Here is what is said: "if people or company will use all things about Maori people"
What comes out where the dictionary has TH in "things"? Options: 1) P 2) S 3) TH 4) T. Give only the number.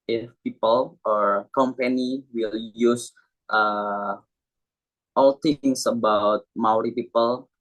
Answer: 4